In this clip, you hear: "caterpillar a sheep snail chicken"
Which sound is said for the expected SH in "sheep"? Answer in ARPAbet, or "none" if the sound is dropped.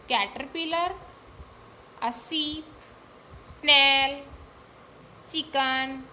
S